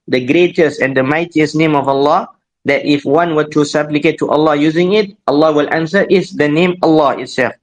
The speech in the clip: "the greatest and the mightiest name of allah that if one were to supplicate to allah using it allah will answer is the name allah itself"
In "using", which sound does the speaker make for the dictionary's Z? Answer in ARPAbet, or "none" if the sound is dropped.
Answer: Z